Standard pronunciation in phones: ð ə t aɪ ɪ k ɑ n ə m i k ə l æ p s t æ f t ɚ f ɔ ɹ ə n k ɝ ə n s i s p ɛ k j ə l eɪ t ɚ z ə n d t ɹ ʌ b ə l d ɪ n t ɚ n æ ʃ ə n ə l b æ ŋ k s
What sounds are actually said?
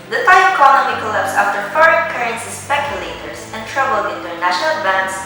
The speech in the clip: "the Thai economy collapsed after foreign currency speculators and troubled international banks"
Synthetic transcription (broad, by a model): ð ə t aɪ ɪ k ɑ l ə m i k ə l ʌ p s ɑ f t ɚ f ɔ ɹ ə n k ɝ ə n s i s p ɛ k j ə l eɪ t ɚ s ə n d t ɹ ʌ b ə l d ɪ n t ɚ n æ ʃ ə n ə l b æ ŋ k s